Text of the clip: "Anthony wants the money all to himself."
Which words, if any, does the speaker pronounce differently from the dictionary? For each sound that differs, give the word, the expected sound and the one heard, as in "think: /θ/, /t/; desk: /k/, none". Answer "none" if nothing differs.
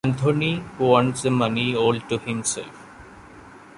anthony: /θ/, /t/